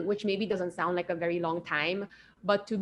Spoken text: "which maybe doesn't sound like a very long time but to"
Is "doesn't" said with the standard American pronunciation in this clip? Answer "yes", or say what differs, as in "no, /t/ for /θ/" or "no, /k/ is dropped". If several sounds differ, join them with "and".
yes